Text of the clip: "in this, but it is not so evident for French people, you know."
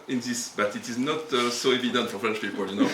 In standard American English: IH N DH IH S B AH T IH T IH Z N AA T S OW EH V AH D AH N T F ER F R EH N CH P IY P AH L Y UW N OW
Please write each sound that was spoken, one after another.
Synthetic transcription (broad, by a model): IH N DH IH S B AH T IH T IH Z N AA T S OW EH V AH D AH N T F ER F L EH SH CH P IY P AH L Y UW N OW